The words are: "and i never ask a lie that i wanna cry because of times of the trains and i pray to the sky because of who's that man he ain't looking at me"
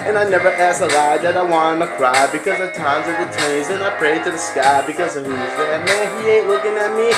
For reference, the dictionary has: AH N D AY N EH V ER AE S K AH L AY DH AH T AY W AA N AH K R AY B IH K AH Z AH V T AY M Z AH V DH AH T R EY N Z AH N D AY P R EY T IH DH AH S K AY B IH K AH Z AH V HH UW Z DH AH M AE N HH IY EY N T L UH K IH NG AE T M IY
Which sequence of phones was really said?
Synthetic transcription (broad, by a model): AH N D AY N EH V ER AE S AH L AY DH AH T AY W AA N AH K R AY B IH K AH Z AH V T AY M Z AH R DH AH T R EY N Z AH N AY P R EY T IH DH AH S K AY B IH K AH Z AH HH UW Z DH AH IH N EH IY EY N T L UH K IH NG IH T M IY